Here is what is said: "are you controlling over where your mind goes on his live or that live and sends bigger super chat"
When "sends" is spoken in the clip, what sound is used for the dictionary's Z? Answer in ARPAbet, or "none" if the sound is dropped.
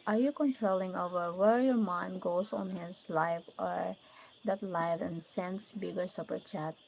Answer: S